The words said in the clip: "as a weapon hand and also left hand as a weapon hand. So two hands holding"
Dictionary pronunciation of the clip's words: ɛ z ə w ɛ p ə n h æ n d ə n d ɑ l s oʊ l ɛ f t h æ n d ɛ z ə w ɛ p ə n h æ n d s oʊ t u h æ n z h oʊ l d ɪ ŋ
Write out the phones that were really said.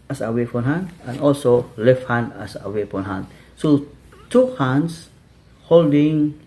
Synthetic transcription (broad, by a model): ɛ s ə w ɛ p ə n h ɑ n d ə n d ɑ l s oʊ l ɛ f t h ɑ n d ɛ s ə w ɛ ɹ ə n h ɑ n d s oʊ t u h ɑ n s h oʊ l d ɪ ŋ